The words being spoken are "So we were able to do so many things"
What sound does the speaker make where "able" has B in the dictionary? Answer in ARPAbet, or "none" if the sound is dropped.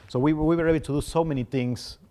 none